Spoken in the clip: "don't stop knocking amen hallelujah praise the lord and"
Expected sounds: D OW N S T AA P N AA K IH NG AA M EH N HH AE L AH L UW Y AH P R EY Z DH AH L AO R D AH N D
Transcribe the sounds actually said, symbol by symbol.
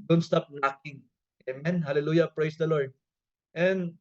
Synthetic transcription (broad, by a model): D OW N S T AA P N AA K IH NG AA M EH N HH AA L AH L UW Y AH P R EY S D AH L AO R D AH N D